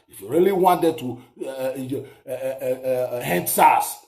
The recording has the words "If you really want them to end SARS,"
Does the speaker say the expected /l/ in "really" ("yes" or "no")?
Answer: yes